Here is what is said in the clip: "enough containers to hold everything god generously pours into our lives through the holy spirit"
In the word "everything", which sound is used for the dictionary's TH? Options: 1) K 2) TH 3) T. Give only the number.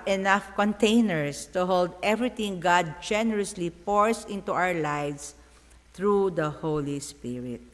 3